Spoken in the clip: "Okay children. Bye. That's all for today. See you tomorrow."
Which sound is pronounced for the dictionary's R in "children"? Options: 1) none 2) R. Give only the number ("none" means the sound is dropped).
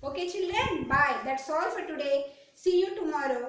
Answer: 1